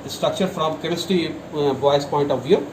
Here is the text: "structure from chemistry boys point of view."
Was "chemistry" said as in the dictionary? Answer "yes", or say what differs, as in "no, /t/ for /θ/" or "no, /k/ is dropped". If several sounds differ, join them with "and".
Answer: no, /ɹ/ is dropped